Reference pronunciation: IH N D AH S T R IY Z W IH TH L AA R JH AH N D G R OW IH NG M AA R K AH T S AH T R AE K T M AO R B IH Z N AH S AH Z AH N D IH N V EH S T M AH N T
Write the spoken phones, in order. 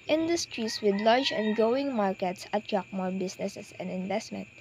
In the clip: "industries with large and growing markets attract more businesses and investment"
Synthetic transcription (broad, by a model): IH N D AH S T R IY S W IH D L AA R JH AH N G OW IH NG M AA R K AH T S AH T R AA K M AO R B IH S N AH S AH S AH N D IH N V EH S T M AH N T